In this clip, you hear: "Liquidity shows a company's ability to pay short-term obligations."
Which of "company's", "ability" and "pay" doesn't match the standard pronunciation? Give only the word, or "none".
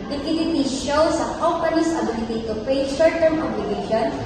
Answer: company's